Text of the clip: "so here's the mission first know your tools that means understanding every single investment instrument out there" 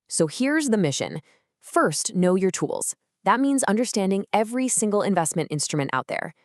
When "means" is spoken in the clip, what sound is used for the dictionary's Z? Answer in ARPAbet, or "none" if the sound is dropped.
Z